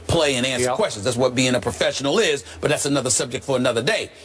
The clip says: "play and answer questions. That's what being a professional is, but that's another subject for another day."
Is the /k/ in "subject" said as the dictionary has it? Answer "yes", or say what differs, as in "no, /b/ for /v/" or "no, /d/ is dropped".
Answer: yes